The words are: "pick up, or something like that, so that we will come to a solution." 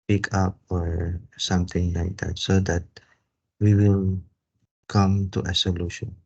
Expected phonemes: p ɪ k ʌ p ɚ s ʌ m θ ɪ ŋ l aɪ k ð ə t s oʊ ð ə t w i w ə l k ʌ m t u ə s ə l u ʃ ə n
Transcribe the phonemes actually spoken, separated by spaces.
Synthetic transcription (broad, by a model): p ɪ k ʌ p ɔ s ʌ m t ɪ ŋ l aɪ k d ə t s oʊ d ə t w i w ə l k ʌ m t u ə s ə l u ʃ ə n